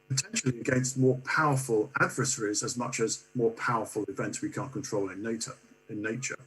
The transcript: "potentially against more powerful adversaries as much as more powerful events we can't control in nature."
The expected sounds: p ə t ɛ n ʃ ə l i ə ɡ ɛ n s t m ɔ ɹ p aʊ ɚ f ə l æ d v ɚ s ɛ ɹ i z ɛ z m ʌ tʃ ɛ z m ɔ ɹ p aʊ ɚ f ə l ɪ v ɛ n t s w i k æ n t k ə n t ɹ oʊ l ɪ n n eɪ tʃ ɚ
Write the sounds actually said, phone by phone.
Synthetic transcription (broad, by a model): p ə t ɛ n ʃ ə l i ə ɡ ɛ n s t m ɔ p aʊ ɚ f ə l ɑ d v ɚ s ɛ ɹ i z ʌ z m ʌ tʃ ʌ z m ɔ p aʊ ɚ f ə l ɪ v ɛ n t s w i k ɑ n k ə n t ɹ oʊ l ɪ n n eɪ tʃ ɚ